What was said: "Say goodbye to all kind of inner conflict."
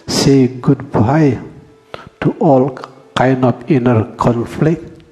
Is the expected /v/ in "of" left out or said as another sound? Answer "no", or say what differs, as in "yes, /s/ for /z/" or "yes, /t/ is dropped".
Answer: yes, /p/ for /v/